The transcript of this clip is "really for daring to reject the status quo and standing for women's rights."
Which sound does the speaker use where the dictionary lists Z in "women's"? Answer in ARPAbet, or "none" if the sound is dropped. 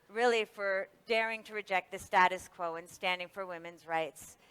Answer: Z